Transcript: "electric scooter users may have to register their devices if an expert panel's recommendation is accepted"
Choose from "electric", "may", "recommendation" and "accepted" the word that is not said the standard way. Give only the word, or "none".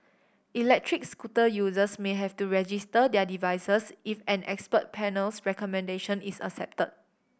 accepted